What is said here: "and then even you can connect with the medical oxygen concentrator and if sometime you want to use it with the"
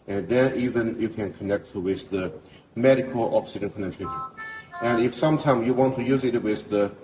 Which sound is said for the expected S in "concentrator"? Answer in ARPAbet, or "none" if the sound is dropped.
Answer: none